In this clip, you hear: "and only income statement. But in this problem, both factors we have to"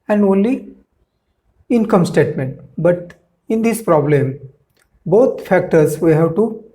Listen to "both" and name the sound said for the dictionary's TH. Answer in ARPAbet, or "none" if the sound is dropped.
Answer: T